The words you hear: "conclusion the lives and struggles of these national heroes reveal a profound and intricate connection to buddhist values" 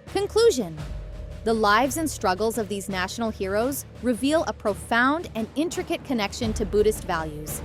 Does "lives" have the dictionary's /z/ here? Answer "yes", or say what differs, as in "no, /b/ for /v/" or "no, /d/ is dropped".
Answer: yes